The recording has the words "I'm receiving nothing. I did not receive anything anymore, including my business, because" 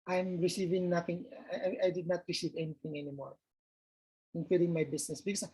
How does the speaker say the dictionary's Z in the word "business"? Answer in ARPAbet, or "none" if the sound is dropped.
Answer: S